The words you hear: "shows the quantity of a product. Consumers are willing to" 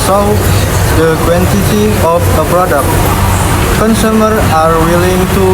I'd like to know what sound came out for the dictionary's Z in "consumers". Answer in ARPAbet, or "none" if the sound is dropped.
none